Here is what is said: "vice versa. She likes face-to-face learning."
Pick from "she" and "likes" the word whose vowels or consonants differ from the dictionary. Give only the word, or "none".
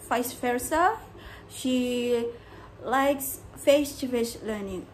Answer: none